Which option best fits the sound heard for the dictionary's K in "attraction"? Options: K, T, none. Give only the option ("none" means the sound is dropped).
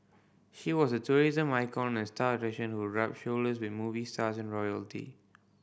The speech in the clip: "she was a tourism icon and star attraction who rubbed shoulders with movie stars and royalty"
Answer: none